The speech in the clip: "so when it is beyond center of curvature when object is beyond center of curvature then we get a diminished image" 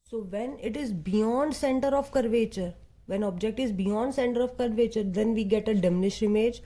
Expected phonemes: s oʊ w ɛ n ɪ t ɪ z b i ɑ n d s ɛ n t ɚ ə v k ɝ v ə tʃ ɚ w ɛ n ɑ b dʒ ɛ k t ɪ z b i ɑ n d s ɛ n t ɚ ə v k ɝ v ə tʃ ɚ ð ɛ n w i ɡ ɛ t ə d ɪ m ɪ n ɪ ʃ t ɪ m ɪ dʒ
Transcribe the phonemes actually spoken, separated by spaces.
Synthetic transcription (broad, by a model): s oʊ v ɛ n ɪ t ɪ z b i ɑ n d s ɛ n t ɚ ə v k ɝ v ə tʃ ɚ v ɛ n ɑ b dʒ ɛ k t ɪ z b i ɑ n d s ɛ n t ɚ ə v k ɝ v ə tʃ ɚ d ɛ n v i ɡ ɛ t ə d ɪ m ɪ n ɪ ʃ ɪ m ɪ dʒ